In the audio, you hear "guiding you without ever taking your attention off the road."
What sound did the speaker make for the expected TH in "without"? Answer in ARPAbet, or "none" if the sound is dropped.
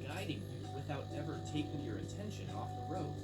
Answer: TH